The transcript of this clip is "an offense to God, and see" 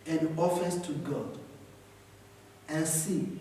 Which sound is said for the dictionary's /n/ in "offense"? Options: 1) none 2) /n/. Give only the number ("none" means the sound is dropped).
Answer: 1